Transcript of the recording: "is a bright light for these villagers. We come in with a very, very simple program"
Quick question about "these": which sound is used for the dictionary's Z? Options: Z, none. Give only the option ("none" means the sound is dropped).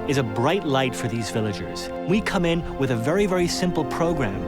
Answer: Z